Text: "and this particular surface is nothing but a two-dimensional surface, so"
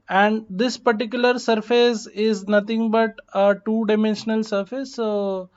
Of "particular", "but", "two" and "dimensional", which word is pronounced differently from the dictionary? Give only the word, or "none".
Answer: none